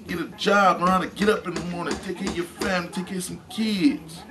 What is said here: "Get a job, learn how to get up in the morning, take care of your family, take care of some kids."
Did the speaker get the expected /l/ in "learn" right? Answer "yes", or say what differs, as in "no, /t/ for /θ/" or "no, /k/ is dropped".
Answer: no, /n/ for /l/